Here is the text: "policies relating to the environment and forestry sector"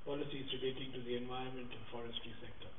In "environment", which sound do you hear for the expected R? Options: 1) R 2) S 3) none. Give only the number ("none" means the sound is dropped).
3